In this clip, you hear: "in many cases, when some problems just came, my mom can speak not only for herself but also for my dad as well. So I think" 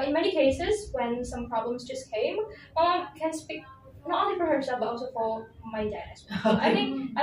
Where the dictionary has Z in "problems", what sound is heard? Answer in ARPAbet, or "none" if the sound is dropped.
Z